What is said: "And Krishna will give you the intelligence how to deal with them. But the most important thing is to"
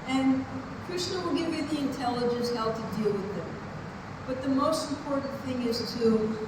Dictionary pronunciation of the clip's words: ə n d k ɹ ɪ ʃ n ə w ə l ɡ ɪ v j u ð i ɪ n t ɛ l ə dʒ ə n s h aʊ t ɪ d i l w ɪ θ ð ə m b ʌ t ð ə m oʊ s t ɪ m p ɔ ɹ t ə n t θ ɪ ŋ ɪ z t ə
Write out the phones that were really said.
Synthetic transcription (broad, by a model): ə n k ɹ ɪ s n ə w ə l ɡ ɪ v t ð i ɪ n t ɛ l ə dʒ ə n s h aʊ t ɪ d i l w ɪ ð ə m b ʌ t ð ə m oʊ s t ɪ m p ɔ ɹ t n θ ɪ ŋ ɪ z t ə